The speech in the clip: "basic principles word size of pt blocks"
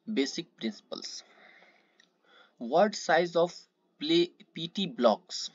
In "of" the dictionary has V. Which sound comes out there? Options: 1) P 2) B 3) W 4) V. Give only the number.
1